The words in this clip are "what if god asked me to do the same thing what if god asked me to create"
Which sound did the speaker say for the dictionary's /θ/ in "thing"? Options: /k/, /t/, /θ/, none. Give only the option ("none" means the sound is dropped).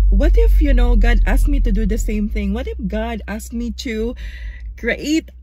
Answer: /θ/